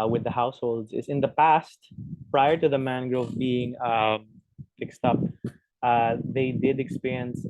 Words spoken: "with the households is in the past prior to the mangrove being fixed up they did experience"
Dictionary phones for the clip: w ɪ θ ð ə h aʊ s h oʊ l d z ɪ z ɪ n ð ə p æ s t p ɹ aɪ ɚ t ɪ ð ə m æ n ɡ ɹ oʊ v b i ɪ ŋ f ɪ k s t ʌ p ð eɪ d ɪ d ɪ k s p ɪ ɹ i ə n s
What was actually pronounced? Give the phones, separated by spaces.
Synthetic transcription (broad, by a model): w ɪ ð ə h aʊ s h oʊ l d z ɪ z ɪ n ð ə p æ s t p ɹ aɪ ɚ t ɪ ð ə m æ n ɡ ɹ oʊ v b i ɪ ŋ f ɪ k s t ʌ p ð eɪ d ɪ d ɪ k s p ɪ ɹ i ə n s